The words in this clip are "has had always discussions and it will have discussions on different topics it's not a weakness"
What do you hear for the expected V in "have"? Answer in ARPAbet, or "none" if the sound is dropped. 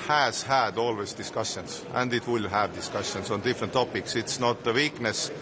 V